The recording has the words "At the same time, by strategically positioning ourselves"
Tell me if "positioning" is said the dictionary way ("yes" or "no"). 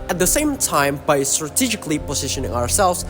yes